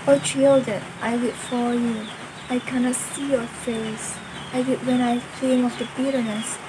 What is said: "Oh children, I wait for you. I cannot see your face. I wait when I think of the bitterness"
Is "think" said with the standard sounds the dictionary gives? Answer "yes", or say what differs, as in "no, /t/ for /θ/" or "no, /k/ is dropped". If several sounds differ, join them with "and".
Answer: no, /k/ is dropped